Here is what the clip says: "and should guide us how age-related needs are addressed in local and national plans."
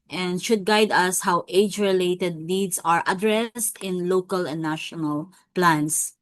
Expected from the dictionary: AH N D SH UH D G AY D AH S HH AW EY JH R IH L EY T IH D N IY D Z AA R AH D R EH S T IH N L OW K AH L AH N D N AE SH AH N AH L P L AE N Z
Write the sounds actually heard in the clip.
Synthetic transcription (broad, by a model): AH N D SH UH D G AY D AH S HH AW EY JH R IH L EY T IH D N IY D S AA R AH D R EH S T IH N L OW K AH L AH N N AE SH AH N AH L P L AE N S